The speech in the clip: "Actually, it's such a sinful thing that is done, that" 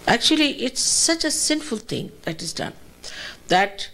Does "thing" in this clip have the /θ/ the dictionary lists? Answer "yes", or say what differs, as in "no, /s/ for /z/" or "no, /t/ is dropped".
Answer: no, /t/ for /θ/